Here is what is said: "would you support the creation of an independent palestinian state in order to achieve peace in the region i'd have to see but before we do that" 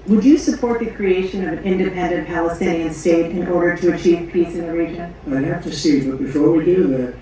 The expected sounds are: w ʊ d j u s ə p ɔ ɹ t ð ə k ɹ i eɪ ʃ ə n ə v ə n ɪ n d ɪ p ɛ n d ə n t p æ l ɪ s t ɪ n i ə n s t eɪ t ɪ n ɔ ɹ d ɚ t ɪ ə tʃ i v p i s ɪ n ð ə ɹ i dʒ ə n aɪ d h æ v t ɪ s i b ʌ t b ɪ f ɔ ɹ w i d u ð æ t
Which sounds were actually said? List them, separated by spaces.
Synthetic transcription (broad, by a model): w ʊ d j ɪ s ə p ɔ ɹ t ð ə k ɹ i eɪ ʃ ə n ə v ə n ɪ n d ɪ p ɛ n d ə n p æ l ɪ s t ɪ n i ə n s t eɪ t ɪ n ɔ ɹ d ɚ t ɪ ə tʃ i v p i s ɪ n ð ə ɹ i dʒ ə n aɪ h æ f t ɪ s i b ʌ t b ɪ f ɔ ɹ w i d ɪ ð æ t